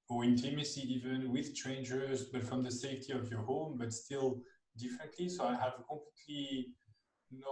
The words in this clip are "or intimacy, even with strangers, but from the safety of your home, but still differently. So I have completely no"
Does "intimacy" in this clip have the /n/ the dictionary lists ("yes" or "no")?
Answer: yes